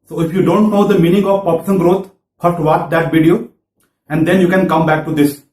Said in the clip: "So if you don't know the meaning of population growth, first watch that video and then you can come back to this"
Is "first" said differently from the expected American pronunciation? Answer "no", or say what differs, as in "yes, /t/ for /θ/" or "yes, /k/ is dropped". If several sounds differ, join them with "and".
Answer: yes, /s/ is dropped